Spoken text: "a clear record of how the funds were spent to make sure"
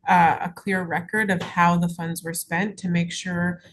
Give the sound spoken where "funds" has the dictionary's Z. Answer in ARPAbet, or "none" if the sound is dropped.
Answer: Z